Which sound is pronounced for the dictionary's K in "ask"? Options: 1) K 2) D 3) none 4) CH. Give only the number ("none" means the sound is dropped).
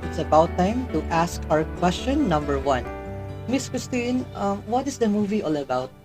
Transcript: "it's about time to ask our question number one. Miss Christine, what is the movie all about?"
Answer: 1